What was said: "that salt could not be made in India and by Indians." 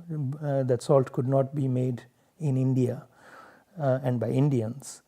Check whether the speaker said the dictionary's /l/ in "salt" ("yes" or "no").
yes